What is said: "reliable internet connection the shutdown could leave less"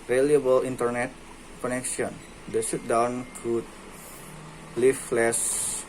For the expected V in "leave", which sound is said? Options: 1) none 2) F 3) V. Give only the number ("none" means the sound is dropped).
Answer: 2